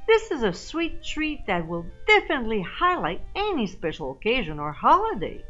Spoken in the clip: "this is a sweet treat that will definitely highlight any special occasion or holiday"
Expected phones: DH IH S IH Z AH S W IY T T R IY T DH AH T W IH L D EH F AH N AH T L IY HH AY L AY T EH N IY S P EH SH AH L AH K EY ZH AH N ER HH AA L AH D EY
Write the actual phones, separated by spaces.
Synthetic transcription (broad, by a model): DH IH S IH Z AH S W IY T T R IY T DH AH T W IH L D EH F AH N AH T L IY HH AY L AY T EH N IY S P EH SH L AH K EY ZH AH N ER HH AA L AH D EY